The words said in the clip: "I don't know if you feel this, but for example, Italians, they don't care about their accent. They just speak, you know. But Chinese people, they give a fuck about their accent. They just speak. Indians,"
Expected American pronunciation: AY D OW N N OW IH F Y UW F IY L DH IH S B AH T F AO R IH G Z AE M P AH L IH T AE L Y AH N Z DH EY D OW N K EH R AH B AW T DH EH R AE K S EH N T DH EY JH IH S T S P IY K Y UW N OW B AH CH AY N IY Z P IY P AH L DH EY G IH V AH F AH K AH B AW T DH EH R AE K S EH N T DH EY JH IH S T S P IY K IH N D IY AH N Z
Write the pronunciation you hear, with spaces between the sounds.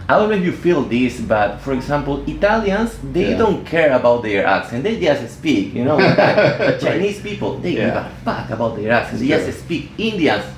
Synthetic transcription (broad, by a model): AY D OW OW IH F Y UW F IY L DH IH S B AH T F AO R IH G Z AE M P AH L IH T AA L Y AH N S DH EY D OW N K EH R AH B AW T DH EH R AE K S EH N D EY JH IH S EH S P IY K Y UW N OW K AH CH AY N IY S P IY P AH L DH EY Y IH AH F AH K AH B AW T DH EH R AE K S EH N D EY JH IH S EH S P IY K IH N D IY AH N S